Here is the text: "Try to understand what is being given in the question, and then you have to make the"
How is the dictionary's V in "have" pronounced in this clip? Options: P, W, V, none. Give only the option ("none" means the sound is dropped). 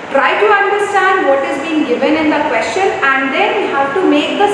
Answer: W